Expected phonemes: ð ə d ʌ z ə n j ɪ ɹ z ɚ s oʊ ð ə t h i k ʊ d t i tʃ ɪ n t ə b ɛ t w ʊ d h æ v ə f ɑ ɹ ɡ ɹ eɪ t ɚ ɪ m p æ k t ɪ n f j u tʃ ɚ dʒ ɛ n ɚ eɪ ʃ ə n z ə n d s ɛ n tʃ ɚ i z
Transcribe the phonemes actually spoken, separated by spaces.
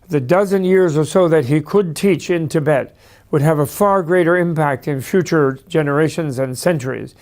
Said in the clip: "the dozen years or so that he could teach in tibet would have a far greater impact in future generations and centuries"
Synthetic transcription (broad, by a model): ð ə d ʌ z ə n j ɪ ɹ z ɚ s oʊ ð ə t h i k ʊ d t i tʃ ɪ n t ə b ɛ t w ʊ d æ v ə f ɑ ɹ ɡ ɹ eɪ t ɚ ɪ m p æ k t ɪ n f j u tʃ ɚ dʒ ɛ n ɚ eɪ ʃ ə n z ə n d s ɛ n tʃ ɚ i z